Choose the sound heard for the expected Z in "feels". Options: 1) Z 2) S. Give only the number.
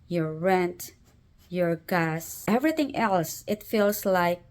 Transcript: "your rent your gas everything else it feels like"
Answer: 2